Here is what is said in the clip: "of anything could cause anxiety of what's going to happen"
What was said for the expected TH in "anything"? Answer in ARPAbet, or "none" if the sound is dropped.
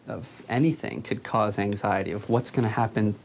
TH